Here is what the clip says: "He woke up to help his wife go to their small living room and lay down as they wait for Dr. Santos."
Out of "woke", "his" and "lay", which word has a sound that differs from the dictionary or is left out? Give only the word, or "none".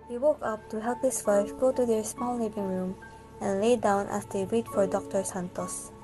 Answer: his